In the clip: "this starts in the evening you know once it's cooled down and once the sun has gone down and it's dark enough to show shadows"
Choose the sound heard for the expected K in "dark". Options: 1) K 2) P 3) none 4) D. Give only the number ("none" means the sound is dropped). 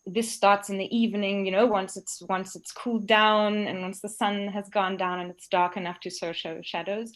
1